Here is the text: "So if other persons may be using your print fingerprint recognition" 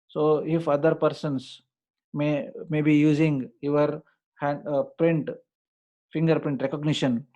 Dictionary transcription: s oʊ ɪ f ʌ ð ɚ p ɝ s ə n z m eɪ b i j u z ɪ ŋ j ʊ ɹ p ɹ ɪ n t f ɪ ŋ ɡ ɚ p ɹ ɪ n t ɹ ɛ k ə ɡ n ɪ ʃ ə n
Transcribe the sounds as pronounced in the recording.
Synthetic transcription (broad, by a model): s oʊ ɪ f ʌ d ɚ p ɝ s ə n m m eɪ b i j u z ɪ ŋ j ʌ ɹ p ɹ ɪ n t f ɪ ŋ ɡ ɚ p ɹ ɪ n t ɹ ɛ k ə ɡ n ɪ ʃ ə n